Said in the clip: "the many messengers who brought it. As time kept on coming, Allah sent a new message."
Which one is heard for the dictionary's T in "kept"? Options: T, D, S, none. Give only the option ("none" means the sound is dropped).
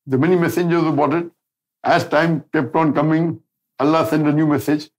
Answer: T